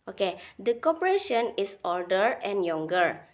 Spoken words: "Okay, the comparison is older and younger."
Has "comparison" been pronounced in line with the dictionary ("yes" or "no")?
no